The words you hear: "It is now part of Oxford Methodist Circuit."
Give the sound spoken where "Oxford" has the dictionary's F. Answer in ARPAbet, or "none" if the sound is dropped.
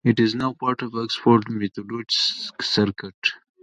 P